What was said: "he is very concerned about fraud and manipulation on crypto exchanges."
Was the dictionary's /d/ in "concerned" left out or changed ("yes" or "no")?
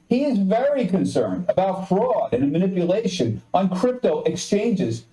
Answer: no